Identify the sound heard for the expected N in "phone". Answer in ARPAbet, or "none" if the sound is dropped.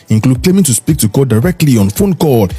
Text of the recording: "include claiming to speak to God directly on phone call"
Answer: N